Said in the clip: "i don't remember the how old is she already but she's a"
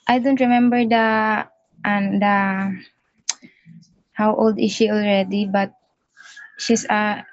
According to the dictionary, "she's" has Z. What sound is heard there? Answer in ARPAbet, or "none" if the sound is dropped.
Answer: S